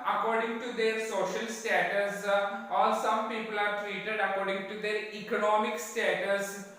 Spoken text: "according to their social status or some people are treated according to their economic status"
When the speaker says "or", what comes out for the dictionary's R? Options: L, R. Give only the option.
L